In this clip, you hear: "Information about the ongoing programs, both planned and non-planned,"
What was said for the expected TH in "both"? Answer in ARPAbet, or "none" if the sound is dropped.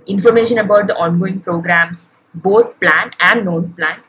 T